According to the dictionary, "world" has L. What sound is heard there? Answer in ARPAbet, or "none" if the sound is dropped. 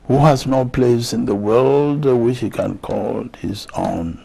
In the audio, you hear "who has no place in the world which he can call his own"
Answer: L